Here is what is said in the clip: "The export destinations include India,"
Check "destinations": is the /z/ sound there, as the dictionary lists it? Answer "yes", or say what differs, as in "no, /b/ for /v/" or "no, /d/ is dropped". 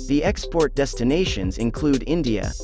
yes